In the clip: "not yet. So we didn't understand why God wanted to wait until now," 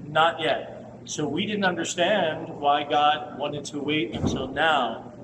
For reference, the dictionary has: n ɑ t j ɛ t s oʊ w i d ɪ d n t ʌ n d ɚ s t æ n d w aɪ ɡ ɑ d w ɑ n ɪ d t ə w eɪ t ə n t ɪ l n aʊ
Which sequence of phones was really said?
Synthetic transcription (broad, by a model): n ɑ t j ɛ t s oʊ w i d ɪ d n t ʌ n d ɚ s t æ n d w aɪ ɡ ɑ d w ɑ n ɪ d t ə w eɪ t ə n s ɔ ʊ n aʊ